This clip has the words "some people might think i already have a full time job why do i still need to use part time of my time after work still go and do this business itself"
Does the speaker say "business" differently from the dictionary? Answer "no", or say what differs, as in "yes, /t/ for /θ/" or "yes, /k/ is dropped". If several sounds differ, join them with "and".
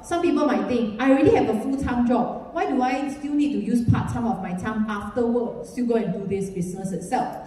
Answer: yes, /s/ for /z/